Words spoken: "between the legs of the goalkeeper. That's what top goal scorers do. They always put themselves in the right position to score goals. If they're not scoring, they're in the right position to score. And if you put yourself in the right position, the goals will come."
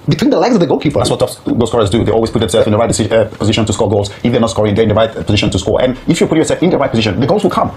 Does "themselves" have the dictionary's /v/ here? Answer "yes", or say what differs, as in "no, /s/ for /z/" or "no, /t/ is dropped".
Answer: no, /v/ is dropped